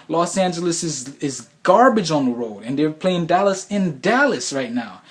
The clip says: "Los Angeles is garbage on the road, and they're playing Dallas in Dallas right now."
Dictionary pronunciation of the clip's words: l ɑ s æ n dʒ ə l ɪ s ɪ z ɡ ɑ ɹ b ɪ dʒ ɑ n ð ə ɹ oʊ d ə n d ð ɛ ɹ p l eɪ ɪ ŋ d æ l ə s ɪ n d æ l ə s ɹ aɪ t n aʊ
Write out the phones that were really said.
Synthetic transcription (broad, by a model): l ɑ s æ n dʒ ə l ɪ s ɪ z ɡ ɑ ɹ b ɪ dʒ n ð ə ɹ oʊ d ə n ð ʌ ɹ p l eɪ ɪ ŋ d æ l ə s ɪ n d æ l ə s ɹ aɪ t n aʊ